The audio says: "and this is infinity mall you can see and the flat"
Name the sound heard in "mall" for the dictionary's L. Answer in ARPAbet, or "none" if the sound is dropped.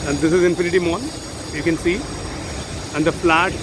N